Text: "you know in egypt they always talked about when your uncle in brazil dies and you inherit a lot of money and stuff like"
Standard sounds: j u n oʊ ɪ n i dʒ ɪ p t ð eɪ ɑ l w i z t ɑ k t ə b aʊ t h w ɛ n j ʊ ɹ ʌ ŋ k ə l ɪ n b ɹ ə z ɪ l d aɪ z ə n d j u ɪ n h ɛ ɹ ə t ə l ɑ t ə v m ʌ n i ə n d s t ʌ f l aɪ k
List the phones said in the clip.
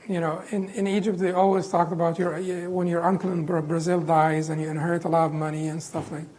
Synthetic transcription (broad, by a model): j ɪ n oʊ ɪ n i dʒ ɪ p t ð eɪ ɑ l w i z t ɑ k t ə b aʊ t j w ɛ n j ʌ ɹ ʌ ŋ k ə l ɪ n b ɹ ə z ɪ l d aɪ z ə n j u ɪ n h ɛ ɹ ə t ə l ɑ t ə v m ʌ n i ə n s t ʌ f l aɪ k